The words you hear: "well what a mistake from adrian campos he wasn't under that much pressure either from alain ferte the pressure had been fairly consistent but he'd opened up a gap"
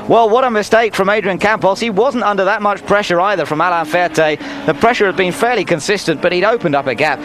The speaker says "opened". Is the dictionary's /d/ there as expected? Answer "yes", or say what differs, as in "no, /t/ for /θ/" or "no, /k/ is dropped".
yes